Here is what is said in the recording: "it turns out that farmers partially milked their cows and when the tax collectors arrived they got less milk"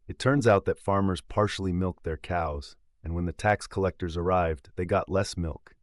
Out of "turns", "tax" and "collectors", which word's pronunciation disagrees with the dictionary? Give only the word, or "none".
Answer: none